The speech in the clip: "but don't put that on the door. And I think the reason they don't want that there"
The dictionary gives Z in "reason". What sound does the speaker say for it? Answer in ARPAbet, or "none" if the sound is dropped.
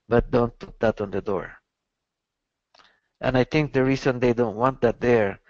S